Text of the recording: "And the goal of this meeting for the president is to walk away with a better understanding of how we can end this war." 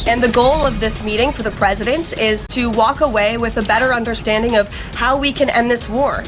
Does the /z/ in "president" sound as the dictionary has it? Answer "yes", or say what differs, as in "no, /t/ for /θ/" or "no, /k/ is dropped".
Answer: yes